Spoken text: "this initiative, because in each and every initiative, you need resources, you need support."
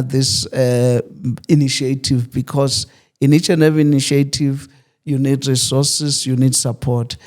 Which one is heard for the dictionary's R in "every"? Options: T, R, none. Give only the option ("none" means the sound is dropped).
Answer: none